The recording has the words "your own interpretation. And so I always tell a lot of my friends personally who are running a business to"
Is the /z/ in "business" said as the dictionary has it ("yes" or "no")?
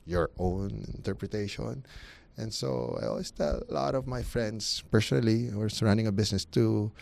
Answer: no